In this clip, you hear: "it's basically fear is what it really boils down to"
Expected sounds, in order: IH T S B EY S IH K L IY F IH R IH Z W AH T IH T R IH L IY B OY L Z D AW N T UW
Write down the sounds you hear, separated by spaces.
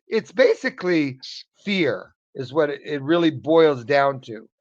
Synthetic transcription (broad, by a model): IH T S B EY S IH K L IY F IH R IH Z W AH T IH T R IH L IY B OY L Z D AW N T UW